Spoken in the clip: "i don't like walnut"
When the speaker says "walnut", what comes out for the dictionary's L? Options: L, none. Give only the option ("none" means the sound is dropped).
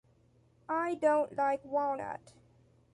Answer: none